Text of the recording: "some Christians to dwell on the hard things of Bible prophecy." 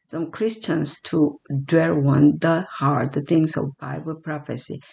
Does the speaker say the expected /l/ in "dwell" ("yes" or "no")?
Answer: no